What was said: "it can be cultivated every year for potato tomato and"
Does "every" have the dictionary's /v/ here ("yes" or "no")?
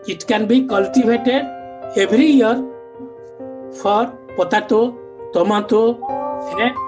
no